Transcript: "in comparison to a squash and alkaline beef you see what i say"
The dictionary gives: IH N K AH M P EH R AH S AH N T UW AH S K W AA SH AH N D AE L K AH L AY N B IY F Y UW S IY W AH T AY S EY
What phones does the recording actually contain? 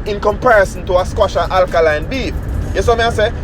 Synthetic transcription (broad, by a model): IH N K AH M P EH R AH S AH N T UW AH S K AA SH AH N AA L K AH L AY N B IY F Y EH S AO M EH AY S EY